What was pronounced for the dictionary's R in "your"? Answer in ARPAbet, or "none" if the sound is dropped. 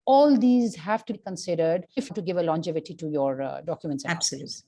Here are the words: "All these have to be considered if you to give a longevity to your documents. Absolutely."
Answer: R